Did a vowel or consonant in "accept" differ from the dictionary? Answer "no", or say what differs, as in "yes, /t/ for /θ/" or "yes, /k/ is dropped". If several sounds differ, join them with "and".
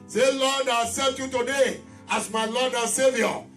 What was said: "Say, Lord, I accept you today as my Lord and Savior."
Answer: yes, /k/ is dropped and /p/ is dropped